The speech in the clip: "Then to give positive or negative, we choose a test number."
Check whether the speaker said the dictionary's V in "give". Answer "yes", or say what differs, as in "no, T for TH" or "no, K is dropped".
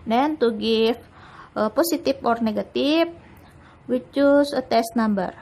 no, F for V